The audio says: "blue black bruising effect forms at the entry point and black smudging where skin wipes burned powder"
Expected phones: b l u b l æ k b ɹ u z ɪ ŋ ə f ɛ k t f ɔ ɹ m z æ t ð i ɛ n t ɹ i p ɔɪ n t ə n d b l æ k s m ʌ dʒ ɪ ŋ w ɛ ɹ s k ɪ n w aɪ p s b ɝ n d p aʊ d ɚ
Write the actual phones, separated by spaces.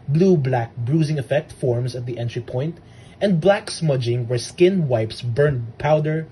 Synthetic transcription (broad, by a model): b l u b l æ k b ɹ u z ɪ ŋ ə f ɛ k t f ɔ ɹ m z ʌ t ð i ɛ n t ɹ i p ɔɪ n t ə n d b l æ k s m ʌ dʒ ɪ ŋ w ɛ ɹ s k ɪ n w aɪ p s b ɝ n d p aʊ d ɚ